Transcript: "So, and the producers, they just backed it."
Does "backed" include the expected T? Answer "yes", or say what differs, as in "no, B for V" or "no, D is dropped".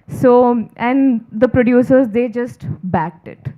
yes